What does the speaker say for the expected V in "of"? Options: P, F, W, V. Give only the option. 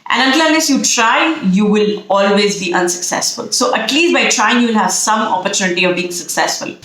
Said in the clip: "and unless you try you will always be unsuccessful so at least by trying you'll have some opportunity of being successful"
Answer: V